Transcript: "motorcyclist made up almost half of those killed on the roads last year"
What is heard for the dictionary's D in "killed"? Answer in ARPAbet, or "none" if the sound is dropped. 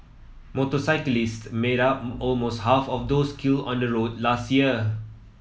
none